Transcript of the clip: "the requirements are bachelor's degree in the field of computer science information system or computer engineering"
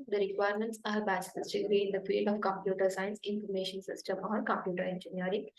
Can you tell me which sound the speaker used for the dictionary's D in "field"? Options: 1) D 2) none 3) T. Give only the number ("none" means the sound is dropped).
2